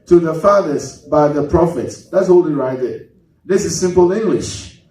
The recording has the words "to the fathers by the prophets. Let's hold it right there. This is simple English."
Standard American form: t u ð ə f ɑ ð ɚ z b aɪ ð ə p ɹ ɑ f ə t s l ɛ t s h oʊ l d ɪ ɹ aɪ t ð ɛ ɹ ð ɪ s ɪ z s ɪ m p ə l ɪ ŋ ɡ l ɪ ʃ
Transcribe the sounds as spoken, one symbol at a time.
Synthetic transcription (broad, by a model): t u ð ə f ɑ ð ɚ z b aɪ ð ə p ɹ ɑ f ə t s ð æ t s h oʊ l ɪ ɹ aɪ t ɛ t ð ɪ s ɪ z s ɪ m p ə l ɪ ŋ ɡ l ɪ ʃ